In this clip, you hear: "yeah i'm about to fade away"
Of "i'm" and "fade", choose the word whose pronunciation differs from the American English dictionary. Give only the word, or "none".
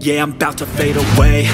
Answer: none